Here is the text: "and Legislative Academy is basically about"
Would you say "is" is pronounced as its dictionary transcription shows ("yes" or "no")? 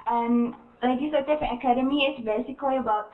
no